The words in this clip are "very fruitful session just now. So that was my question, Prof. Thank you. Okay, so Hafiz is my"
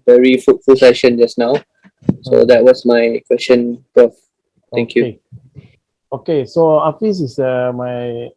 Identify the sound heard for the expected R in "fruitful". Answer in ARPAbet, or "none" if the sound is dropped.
none